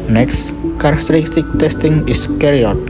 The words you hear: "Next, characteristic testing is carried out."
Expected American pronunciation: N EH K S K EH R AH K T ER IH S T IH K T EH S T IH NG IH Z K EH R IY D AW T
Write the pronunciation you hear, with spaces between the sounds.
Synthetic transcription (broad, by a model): N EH K S K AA R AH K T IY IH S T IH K T EH S T IH NG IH S K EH R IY AO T